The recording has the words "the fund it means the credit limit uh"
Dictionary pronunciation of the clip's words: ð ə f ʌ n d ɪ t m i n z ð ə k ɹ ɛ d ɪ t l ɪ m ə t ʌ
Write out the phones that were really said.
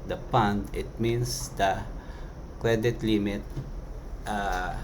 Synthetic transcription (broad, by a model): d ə p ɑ n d ɪ t m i n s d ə k ɹ ɛ d ɪ t l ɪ m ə t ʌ